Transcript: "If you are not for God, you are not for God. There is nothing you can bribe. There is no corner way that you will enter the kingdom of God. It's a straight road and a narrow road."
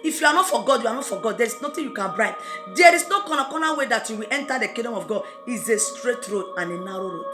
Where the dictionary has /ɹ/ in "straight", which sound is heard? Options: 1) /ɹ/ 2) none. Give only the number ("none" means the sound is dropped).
1